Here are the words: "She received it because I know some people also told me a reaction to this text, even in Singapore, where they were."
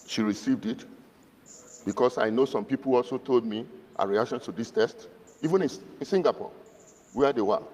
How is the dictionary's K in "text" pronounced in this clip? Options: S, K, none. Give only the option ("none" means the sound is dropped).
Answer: none